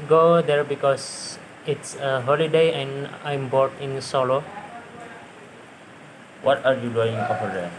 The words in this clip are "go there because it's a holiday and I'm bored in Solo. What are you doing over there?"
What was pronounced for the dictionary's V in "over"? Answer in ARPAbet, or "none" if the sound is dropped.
F